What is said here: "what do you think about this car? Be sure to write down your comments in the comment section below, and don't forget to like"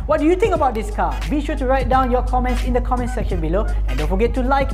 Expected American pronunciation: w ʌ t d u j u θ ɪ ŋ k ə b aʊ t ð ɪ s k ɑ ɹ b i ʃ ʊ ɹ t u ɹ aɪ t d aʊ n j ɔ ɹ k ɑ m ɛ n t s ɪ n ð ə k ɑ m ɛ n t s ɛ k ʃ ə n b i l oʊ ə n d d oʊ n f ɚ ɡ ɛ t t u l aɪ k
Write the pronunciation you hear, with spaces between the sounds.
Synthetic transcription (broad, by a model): w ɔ t d u j u t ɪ ŋ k ə b aʊ t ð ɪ s k ɑ b i ʃ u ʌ t u ɹ aɪ t d aʊ n j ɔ k ɑ m ɛ n t s ɪ n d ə k ɑ m ɛ n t s ɛ k ʃ ə n b i l oʊ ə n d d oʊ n f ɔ ɡ ɛ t t u l aɪ k